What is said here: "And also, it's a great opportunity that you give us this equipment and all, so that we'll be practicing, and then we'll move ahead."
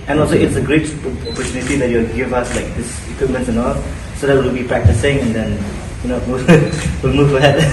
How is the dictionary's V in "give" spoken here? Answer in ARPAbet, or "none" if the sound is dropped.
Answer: V